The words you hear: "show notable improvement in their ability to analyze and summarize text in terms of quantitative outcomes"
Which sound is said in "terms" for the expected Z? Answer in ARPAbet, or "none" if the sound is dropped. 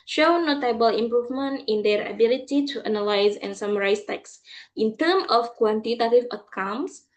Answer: none